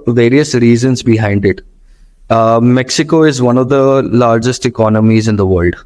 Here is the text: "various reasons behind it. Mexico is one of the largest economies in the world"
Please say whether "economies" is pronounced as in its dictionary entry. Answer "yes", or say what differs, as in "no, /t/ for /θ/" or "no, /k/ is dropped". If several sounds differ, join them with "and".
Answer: yes